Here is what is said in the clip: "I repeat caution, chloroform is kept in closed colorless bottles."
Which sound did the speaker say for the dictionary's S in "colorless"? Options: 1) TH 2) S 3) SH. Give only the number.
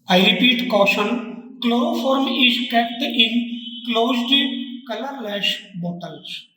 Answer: 3